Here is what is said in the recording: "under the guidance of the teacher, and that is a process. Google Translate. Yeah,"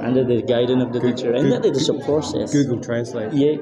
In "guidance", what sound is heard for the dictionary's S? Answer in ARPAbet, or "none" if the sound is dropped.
none